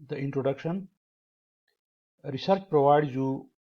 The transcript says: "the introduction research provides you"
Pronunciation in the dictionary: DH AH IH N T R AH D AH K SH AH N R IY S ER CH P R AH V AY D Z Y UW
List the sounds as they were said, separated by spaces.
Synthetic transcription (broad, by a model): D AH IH N T R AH D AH K SH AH N R IY S ER CH P R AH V AY D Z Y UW